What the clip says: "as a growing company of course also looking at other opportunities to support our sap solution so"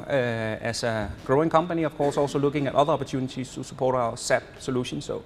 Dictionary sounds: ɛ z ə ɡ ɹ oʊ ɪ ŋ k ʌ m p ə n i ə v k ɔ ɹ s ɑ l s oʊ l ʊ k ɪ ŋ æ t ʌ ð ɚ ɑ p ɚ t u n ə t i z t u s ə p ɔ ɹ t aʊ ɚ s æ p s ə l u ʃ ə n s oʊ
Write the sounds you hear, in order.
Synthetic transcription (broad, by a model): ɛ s ə ɡ ɹ oʊ ɪ ŋ k ʌ m p ə n i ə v k ɔ s ɑ l s oʊ l ʊ k ɪ ŋ æ t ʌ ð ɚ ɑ p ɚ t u n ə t i s t u s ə p ɔ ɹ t aʊ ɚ s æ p s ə l u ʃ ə n s oʊ